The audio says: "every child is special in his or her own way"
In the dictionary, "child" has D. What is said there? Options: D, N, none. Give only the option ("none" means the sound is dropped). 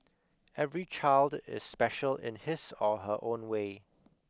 D